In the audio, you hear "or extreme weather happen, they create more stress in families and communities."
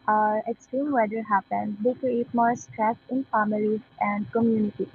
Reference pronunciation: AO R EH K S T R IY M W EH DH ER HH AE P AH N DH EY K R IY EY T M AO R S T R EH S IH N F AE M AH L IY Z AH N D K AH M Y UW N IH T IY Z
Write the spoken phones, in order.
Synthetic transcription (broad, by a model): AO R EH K S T IY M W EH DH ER HH AE P AH N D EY K R IY EY T M AO R S T R EH S IH N F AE M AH L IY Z AH N D K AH M Y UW N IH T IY